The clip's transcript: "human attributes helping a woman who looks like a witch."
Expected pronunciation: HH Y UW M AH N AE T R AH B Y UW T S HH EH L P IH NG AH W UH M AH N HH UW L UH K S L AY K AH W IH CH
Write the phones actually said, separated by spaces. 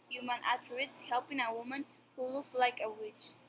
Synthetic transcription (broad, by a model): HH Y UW M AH N T AH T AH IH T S HH EH L P IH NG AH W UH M AH N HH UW L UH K L AY K AH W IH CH